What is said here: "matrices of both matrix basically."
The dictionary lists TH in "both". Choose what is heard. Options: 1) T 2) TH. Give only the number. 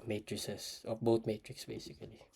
1